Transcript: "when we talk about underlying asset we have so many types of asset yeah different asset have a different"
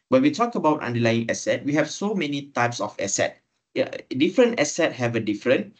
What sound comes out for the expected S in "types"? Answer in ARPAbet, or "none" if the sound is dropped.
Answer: S